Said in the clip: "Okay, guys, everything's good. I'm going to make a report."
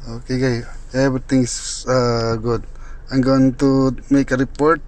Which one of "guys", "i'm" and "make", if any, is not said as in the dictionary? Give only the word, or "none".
guys